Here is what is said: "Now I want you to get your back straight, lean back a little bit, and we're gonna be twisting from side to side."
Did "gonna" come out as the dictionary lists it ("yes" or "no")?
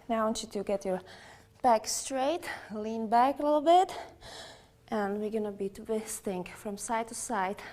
yes